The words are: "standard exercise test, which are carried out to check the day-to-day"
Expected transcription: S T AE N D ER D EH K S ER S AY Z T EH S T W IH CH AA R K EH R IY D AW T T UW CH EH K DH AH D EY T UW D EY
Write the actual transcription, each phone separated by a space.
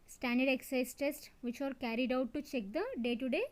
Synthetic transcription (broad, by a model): S T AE N D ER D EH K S S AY S T EH S T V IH CH AA R K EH R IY D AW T T UW CH EH K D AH D EY T UW D EY